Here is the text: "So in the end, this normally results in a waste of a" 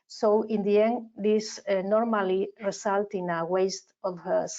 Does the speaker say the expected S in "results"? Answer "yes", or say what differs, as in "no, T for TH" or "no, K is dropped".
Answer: no, S is dropped